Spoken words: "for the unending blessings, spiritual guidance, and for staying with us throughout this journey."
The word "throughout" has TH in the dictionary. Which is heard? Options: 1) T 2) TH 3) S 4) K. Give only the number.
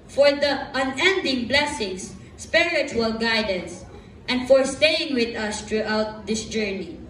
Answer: 1